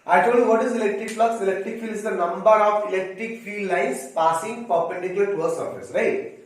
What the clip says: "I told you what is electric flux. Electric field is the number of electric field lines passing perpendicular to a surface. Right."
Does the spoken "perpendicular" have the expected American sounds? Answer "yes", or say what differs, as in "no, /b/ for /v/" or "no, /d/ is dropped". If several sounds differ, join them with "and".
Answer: no, /l/ is dropped